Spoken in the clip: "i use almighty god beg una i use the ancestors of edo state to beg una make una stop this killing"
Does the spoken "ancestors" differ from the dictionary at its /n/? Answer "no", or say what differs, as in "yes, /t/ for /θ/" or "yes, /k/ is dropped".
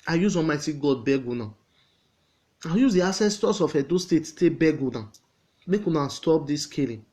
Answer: yes, /n/ is dropped